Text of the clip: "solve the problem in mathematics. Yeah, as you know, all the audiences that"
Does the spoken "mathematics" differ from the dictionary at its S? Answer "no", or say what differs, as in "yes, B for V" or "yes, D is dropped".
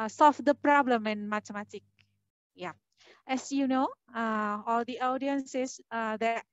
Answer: yes, S is dropped